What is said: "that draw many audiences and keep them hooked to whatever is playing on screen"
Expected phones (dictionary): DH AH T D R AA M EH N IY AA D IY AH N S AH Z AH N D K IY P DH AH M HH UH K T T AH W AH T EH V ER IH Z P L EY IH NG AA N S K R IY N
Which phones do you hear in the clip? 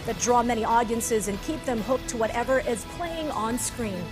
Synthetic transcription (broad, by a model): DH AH T D R AA M EH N IY AA D IY AH N S AH Z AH N K IY P DH AH M HH UH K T T AH W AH T EH V ER IH Z P L EY IH NG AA N S K R IY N